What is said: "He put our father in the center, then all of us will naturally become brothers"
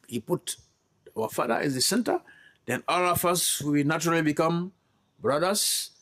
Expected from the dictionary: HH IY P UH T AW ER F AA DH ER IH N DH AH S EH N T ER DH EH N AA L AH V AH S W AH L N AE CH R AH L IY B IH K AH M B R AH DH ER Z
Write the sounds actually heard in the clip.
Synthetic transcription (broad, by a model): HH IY P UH T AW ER F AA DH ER IH N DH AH S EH N T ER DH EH N AA L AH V AH S W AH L N AE CH R AH L IY B IH K AH M B R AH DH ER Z